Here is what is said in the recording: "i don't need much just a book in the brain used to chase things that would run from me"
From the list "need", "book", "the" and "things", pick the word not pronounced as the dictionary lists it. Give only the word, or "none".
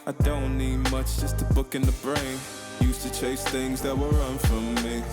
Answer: none